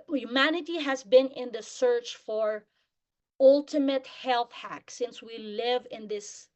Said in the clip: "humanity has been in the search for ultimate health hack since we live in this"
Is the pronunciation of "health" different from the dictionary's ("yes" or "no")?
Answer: no